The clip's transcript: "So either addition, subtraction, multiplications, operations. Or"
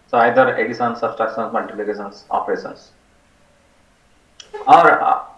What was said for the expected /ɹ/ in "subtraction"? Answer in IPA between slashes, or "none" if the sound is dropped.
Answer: none